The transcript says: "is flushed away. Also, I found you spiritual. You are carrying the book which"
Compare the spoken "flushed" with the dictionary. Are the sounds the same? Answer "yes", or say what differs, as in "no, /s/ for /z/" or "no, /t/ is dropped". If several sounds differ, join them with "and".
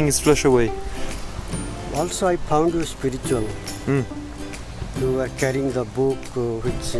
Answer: no, /t/ is dropped